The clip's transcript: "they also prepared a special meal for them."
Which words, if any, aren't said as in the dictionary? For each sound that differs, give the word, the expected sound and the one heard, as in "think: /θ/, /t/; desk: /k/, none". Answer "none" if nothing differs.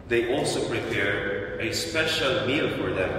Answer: prepared: /d/, none